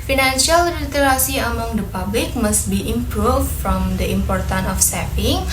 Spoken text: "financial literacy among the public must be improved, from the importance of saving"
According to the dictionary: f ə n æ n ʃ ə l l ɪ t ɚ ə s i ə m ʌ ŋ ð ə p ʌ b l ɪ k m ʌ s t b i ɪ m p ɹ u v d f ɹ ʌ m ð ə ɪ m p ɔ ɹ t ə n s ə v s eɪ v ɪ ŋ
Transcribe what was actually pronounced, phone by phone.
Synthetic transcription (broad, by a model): f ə n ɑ n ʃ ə l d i t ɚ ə s i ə m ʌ ŋ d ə p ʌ b l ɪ k m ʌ s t b i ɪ m p ɹ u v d f ɹ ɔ m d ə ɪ m p ɔ ɹ t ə n ə f s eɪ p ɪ ŋ